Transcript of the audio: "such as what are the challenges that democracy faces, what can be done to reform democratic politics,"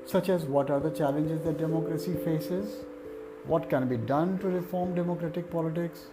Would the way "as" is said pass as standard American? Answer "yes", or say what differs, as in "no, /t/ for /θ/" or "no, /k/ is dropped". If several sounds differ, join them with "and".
yes